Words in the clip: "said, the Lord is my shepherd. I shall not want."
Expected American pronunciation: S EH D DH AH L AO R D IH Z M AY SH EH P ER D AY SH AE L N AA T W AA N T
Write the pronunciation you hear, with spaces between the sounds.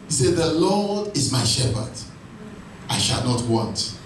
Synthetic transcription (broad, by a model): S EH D DH AH L AO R D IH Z M AY SH EH P ER D AY SH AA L N AA T W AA N T